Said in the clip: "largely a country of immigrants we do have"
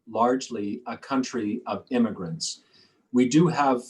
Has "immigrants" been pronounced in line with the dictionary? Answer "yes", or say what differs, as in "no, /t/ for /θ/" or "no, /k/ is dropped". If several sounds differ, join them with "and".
yes